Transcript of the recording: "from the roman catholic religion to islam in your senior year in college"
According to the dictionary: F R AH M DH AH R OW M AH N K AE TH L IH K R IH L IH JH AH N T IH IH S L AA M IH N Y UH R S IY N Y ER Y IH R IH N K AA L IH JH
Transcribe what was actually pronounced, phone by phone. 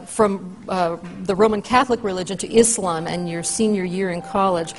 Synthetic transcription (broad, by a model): F R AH M DH AH R OW M AH N K AE TH L IH K R IH L IH JH AH N T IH IH S L AA M IH N Y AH R S IY N Y ER Y IH R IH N K AA L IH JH